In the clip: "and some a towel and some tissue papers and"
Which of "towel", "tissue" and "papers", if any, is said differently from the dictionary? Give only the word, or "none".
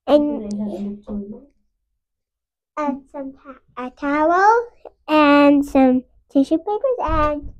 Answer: none